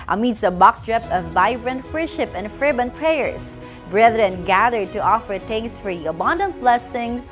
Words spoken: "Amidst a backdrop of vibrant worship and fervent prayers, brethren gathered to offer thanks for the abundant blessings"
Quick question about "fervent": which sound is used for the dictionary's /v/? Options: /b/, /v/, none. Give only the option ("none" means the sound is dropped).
/b/